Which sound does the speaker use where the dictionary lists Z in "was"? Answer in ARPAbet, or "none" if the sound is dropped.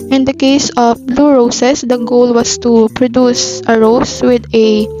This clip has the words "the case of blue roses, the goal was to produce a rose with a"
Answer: S